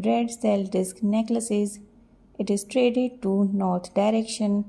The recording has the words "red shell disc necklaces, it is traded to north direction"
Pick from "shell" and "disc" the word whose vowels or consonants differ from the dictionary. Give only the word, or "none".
shell